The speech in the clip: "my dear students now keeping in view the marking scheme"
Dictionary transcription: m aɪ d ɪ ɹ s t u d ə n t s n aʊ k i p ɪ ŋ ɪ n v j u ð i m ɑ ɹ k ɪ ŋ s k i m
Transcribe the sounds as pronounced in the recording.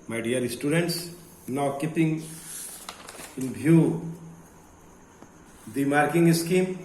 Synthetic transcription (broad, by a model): m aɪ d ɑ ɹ s t u d ə n t s n aʊ k i p ɪ ŋ ɪ n b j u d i m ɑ ɹ k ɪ ŋ s k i m